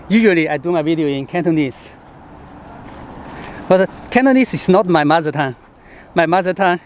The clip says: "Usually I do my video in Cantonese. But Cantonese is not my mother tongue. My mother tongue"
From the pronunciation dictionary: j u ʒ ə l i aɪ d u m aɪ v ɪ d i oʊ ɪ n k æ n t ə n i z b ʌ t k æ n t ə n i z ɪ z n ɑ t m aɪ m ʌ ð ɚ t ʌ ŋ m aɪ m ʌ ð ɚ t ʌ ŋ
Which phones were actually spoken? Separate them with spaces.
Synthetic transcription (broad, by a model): j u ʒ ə l i aɪ d u m aɪ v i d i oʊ ɪ n k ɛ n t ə n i s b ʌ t k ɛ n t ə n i s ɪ s n ɑ t m aɪ m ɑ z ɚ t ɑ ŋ m aɪ m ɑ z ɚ t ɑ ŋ